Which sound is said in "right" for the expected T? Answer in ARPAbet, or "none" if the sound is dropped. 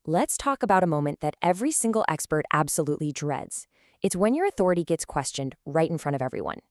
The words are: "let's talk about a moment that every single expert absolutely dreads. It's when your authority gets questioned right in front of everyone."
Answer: T